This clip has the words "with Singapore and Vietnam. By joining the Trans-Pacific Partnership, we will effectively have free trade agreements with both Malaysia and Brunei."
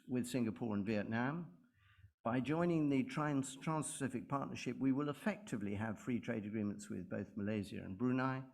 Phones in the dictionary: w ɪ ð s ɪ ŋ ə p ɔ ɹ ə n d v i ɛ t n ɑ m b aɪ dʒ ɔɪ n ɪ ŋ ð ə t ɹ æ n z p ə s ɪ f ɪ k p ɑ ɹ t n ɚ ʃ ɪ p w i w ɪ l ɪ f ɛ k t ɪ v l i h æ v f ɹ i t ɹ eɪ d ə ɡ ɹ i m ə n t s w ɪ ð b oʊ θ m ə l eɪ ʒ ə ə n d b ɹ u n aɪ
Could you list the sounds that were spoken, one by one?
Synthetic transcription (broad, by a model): w ɪ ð s ɪ ŋ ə p ɔ ɹ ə n v i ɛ t n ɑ m b aɪ dʒ ɔɪ n ɪ ŋ ð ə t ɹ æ n s p ə s ɪ f ɪ k p ɑ ɹ t n ɚ ʃ ɪ p w i w ɪ l ɪ f ɛ k t ɪ v l i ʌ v f ɹ i t ɹ eɪ d ə ɡ ɹ i m ə n t s w ɪ ð b oʊ θ m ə l eɪ z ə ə n b ɹ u n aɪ